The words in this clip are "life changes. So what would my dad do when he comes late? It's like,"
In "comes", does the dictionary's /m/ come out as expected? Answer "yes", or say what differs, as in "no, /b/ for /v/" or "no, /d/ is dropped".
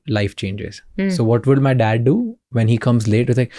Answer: yes